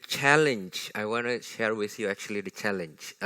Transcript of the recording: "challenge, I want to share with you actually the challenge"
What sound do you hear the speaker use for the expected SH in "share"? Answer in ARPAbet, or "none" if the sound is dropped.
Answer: SH